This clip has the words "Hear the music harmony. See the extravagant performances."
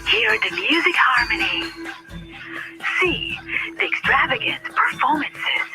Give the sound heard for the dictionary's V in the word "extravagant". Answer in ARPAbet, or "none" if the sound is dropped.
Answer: V